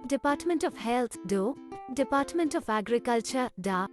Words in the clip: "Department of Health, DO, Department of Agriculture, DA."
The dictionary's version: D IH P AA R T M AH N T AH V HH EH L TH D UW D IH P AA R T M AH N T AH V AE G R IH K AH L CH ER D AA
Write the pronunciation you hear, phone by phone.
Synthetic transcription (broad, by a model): D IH P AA R T M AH N T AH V HH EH L T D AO D IH P AA R T M AH N T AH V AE G R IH K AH L CH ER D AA